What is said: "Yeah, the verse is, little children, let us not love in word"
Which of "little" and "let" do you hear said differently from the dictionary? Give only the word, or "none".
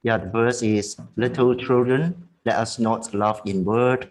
none